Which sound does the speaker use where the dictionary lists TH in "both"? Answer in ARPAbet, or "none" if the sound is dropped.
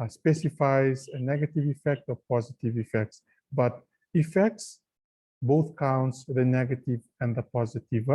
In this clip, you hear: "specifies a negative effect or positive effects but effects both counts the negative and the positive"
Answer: TH